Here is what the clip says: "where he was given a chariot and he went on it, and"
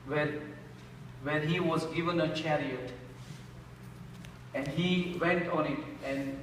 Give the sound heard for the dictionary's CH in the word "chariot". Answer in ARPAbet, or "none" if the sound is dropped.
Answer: CH